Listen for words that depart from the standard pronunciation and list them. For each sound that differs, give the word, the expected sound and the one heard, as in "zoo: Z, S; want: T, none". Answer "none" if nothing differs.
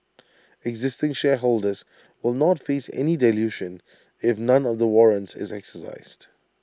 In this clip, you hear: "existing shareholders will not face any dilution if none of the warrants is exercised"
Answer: none